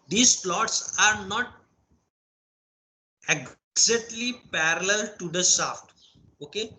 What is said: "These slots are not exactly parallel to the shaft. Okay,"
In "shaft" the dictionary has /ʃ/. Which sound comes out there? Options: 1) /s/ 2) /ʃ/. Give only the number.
1